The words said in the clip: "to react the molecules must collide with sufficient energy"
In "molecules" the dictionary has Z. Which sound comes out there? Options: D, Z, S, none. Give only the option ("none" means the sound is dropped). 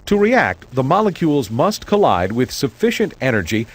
Z